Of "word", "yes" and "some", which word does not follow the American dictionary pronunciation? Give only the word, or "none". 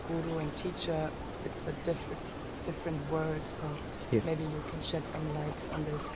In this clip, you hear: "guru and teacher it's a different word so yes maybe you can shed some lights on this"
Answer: yes